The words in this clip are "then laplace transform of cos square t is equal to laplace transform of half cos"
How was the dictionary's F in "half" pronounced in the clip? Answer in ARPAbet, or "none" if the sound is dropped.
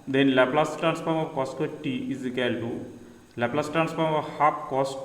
P